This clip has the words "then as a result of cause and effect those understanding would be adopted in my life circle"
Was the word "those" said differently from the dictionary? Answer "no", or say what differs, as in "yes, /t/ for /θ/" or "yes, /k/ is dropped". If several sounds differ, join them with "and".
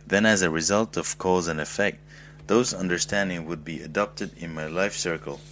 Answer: no